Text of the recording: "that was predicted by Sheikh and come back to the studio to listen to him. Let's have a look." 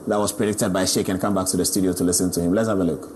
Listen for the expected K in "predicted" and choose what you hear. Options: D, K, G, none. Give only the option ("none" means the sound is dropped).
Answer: K